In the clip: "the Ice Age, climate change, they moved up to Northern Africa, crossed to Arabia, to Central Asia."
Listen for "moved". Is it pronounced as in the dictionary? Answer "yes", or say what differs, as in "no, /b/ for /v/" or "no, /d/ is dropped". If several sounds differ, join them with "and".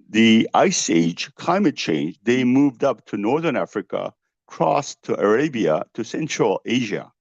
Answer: yes